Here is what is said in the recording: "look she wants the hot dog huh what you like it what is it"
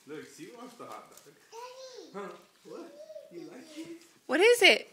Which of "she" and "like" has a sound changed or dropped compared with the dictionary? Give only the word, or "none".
she